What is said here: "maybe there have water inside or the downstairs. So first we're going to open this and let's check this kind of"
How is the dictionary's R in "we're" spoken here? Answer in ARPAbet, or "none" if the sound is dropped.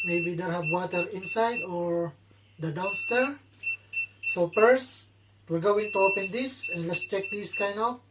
R